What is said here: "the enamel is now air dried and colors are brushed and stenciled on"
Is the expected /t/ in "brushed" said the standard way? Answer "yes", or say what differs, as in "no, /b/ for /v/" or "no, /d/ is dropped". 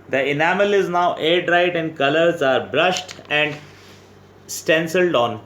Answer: yes